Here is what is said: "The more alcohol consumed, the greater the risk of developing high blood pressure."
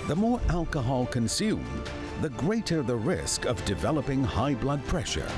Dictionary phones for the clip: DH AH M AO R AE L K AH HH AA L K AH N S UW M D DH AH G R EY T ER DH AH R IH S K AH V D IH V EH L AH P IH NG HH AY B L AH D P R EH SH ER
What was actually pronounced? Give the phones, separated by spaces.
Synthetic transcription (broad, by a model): DH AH M AO R AE L K AH HH AA L K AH N S UW M DH AH G R EY T ER DH AH R IH S K AH V D IH V EH L AH P IH NG HH AY B L AH D P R EH SH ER